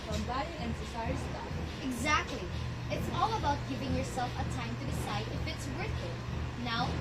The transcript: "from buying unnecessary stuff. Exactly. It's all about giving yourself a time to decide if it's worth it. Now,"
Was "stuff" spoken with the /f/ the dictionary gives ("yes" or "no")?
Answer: no